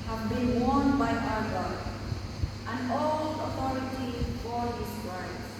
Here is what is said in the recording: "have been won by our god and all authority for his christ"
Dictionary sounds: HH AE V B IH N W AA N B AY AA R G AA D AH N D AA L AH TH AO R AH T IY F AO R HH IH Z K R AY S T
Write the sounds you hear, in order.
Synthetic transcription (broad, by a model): HH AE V B IH N W AA N B AY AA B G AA AH N D AA L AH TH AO R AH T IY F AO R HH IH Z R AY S